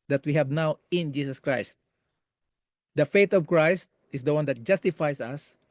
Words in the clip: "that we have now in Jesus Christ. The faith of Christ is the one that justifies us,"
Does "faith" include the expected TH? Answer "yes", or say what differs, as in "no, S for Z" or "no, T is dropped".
no, T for TH